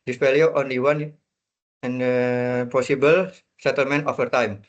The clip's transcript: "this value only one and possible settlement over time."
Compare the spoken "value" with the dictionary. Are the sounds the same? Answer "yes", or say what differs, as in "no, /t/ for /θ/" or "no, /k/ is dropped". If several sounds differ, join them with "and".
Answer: no, /f/ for /v/